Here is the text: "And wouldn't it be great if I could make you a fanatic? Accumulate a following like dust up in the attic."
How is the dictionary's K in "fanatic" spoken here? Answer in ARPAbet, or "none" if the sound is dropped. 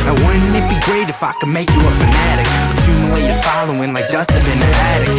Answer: K